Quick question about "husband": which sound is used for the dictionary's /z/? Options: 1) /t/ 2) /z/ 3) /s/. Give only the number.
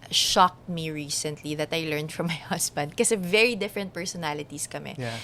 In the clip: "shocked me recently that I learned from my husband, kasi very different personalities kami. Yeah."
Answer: 3